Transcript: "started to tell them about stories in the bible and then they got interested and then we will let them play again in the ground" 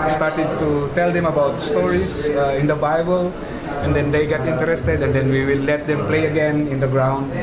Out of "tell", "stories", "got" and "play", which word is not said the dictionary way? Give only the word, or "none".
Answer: stories